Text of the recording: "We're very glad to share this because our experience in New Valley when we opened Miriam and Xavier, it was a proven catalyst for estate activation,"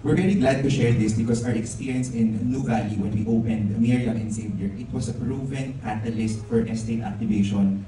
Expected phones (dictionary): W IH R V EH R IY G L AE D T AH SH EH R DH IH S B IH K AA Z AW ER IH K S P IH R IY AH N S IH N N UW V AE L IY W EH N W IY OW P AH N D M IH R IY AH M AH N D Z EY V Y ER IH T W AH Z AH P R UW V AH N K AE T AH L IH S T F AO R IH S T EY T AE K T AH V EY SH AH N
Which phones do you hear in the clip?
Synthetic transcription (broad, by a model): W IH R V EH R IY G L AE D T AH SH EH R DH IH S B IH K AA S AW ER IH K S P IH R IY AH N S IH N N UW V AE L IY W EH N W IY OW P AH N D M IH R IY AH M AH N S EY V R IH T W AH S AH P R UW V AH N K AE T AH L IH S T F AO R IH S T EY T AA K T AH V EY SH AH N